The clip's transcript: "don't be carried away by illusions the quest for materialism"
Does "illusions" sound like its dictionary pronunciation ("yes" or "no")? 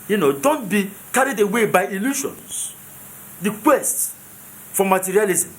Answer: no